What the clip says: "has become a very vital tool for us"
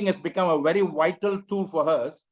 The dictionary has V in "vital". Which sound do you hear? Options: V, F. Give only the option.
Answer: V